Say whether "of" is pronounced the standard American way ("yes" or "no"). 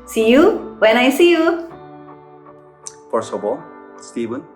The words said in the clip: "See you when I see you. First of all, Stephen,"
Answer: no